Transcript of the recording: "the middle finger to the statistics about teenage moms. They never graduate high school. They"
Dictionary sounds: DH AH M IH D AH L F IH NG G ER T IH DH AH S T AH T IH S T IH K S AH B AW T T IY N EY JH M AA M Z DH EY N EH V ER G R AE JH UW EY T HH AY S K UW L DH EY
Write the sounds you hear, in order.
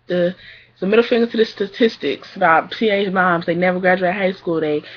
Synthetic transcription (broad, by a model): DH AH M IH D L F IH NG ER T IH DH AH S T AH T IH S T IH K S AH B AW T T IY EY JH M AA M Z DH EY N EH V ER G R AE JH UW EY T HH AY S K UW L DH EY